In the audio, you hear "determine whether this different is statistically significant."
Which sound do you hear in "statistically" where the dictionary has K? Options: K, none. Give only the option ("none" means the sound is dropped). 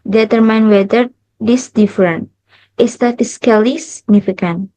none